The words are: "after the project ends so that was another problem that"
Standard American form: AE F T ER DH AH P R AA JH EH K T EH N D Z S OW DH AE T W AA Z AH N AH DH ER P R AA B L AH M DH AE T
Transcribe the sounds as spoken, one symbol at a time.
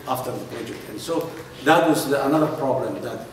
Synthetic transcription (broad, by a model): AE F T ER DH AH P EH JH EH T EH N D S OW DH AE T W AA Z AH N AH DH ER P R AA B L AH M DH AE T